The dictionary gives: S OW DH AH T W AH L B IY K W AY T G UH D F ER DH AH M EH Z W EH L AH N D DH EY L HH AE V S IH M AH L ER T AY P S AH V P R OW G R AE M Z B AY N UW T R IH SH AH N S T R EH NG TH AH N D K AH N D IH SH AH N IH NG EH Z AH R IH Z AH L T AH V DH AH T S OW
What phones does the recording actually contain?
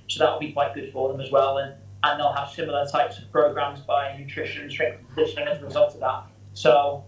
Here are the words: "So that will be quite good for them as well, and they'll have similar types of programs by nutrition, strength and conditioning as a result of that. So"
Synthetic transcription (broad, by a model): S OW DH AH T W AH L B IY K W AY T G UH D F ER DH AH M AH Z W EH L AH N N DH EY L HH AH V S IH M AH L ER T AY P S AH V P R OW G R AE M Z B AY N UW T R IH SH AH N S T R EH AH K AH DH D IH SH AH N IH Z AH R IH Z AH L T AH V DH AH T S OW